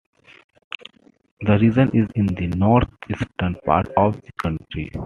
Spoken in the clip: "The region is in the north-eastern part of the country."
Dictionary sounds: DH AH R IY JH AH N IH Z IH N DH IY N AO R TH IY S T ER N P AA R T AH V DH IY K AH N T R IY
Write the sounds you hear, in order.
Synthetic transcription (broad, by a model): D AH R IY Z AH N IH Z IH N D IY N AO R T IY S T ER N P AA R T AH V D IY K AH N T R IY